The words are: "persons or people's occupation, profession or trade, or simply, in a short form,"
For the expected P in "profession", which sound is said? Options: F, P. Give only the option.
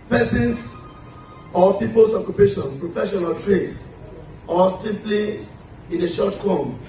P